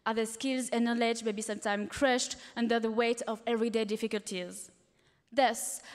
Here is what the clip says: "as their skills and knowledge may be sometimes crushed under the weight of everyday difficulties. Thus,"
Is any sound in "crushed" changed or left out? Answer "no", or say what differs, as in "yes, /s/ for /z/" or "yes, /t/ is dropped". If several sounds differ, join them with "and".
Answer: no